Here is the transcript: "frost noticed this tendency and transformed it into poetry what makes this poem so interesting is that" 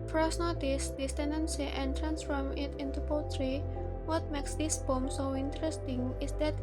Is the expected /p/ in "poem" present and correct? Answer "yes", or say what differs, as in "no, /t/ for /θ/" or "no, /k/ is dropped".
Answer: no, /b/ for /p/